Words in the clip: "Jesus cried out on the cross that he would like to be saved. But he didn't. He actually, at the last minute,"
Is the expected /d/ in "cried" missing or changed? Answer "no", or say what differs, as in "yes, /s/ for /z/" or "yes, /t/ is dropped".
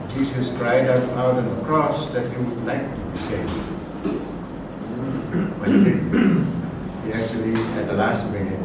no